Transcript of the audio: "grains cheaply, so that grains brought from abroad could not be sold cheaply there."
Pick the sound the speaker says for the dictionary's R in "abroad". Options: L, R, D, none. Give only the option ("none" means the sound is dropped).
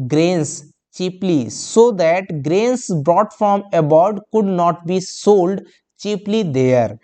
none